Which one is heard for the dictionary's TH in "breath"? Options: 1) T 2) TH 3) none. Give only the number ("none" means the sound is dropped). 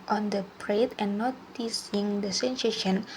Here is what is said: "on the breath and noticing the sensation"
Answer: 1